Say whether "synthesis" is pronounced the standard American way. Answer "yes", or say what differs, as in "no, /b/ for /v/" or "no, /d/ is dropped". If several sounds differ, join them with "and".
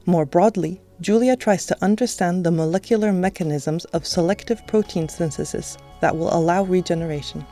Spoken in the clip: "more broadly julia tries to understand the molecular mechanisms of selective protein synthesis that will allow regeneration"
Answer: no, /s/ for /θ/